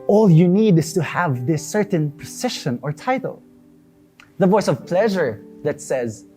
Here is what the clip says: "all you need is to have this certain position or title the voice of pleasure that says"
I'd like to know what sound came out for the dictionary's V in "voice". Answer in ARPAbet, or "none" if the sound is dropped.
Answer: V